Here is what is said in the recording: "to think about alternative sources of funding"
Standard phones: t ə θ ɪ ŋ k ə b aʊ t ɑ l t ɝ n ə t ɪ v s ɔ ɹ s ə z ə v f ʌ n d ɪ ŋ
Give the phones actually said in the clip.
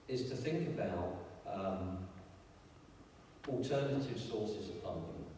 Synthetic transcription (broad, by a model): t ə θ ɪ ŋ k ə b aʊ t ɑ l t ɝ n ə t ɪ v s ɔ s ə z ə v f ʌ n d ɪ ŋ